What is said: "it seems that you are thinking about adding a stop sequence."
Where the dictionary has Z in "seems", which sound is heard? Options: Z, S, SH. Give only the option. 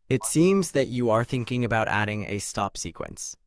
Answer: Z